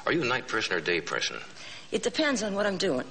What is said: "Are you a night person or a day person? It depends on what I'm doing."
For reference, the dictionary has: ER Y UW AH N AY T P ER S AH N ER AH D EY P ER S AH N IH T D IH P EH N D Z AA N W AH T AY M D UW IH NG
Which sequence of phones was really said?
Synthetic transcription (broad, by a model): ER Y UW AH N AY T P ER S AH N ER D EY P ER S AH N IH T D IH P EH N D Z N W AH T AY M D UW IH NG